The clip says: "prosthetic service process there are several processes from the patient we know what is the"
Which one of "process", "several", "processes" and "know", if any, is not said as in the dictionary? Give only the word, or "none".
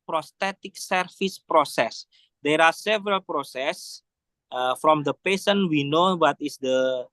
processes